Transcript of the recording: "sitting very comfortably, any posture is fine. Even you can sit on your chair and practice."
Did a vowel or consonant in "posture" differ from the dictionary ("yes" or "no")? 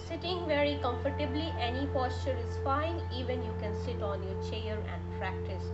no